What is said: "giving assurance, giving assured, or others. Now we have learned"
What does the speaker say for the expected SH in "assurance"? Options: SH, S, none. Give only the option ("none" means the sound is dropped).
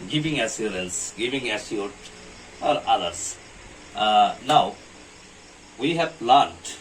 S